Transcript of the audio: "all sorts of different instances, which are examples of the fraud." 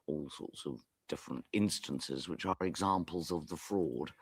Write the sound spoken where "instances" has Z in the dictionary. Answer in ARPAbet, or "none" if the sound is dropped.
Z